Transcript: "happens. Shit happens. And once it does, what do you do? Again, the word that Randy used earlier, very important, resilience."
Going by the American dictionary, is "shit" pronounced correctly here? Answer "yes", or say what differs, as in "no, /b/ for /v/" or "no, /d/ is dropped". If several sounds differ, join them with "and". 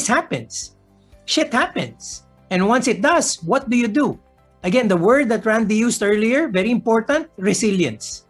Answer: yes